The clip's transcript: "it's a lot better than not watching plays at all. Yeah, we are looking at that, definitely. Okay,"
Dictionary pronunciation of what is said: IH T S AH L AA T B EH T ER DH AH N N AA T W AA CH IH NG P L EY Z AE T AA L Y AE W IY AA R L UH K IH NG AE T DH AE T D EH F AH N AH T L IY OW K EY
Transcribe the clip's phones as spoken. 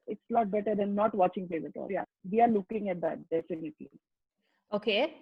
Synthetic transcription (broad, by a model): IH T S L AA T B EH T ER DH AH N N AA T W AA CH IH NG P EY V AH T AA L Y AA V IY AA R L UH K IH NG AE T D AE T D EH F AH N AH T L IY OW K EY